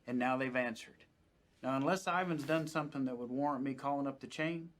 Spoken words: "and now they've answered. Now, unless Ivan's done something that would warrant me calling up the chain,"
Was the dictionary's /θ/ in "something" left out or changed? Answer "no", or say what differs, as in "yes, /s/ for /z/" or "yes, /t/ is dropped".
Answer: no